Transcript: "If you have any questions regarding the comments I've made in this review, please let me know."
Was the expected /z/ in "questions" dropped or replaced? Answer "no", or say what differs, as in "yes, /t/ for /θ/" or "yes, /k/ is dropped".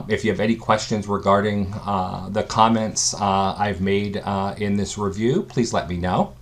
no